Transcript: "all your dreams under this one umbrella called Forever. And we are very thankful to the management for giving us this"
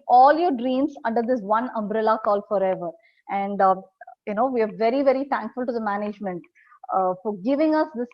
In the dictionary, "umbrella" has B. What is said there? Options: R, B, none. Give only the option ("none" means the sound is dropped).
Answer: B